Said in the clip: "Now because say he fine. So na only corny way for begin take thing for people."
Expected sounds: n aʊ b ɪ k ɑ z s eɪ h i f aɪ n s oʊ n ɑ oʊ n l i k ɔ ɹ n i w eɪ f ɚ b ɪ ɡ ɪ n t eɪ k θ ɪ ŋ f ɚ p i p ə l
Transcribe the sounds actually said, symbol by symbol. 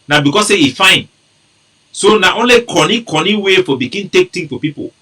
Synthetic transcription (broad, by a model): n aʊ b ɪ k ɑ s eɪ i f aɪ n s oʊ n ɑ oʊ n l i k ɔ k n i w eɪ f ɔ b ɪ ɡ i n t eɪ k t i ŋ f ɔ p i p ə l